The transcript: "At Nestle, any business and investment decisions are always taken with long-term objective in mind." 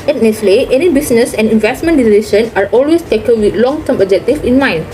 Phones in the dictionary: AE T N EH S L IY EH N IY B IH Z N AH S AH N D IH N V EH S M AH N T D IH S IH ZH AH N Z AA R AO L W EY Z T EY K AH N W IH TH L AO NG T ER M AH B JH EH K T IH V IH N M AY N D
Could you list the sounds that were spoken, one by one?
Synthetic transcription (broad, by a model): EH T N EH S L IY EH N IY B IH S N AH S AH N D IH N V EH S M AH N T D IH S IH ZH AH N AA R AO L W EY S T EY K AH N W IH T L AO NG T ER M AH JH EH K T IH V IH N M AY N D